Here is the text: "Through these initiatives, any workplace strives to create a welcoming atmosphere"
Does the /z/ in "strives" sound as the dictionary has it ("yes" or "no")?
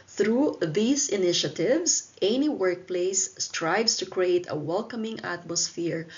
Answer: no